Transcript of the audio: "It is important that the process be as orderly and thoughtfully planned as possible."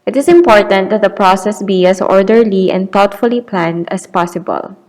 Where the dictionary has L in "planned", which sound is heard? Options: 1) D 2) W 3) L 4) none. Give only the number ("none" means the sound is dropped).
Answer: 3